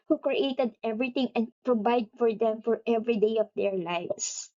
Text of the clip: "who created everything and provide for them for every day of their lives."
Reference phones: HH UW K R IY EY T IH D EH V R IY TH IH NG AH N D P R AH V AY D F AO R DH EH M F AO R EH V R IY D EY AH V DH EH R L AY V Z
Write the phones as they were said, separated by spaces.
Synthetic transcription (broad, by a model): HH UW K R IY EY T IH D EH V R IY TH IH NG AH N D P R AH V AY D F AO R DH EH M F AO R EH V R IY D EY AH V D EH R L AY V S